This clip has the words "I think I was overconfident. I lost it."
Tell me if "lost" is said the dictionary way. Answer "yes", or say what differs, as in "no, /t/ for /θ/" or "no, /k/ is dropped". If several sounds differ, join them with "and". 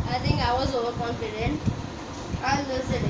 no, /t/ is dropped